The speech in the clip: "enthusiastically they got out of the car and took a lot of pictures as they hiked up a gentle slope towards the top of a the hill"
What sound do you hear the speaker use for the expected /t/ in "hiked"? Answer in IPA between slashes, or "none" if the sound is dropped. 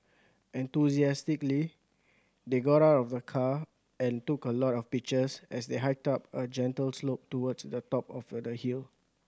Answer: /t/